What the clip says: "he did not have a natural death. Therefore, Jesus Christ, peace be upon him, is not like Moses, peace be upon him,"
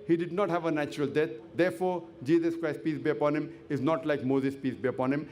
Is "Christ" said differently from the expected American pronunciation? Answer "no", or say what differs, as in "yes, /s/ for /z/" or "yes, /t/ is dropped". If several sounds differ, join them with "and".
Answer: no